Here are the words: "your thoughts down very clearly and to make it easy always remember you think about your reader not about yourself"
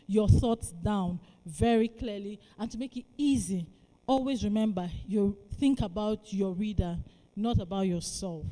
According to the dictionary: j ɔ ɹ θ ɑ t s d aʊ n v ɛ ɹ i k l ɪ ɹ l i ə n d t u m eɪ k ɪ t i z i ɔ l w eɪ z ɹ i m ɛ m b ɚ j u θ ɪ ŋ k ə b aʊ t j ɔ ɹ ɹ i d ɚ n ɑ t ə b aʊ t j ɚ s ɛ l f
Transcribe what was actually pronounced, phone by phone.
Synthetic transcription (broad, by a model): j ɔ θ ɑ t s d aʊ n v ɛ ɹ i k l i l i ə n t u m eɪ k ɪ t i z i ɔ l w eɪ z ɹ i m ɛ m b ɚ j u θ ɪ ŋ k ə b aʊ t j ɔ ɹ ɹ i d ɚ n ɑ t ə b aʊ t j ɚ s ɛ l f